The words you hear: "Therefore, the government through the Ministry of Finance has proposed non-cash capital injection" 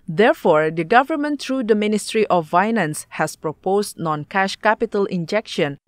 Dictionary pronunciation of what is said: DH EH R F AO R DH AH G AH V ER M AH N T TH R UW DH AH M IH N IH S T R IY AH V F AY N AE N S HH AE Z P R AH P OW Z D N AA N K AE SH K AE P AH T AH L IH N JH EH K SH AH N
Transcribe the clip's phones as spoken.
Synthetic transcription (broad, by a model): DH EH R F AO R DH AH G AH V ER M AH N T R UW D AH M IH N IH S T R IY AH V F AY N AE N S HH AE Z P R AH P OW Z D N AA N K AE SH K AE P AH T AH L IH N JH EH K SH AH N